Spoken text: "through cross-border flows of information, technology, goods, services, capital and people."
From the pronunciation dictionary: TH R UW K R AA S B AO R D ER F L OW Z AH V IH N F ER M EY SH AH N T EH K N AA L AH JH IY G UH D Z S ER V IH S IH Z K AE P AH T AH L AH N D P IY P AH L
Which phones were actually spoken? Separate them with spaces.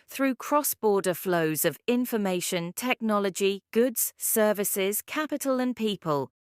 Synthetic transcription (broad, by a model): TH R UW K R AA S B AO D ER F L OW Z AH V IH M F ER M EY SH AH N T EH K N AA L AH JH IY G UH D Z S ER V IH S IH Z K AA P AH T AH L AH N P IY P AH L